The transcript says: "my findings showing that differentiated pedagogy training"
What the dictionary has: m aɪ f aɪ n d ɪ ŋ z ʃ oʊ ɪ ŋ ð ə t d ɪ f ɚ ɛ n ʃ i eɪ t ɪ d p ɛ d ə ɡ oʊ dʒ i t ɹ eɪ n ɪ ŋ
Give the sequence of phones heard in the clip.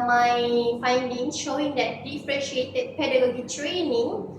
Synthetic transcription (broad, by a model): m aɪ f aɪ n d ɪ ŋ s ʃ oʊ ɪ ŋ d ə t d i f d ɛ ʃ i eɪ t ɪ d p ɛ d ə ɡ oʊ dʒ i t ɹ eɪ n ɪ ŋ